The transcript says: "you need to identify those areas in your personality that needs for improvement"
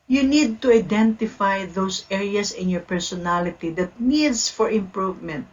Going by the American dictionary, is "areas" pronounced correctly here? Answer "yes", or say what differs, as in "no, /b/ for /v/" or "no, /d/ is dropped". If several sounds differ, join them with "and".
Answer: no, /s/ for /z/